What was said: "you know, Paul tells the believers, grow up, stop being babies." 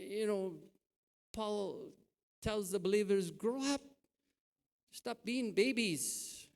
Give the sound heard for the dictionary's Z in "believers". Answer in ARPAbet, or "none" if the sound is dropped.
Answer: Z